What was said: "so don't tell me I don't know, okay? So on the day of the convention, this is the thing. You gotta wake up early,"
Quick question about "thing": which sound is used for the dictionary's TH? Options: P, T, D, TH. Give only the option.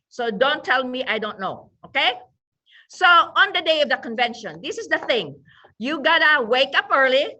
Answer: TH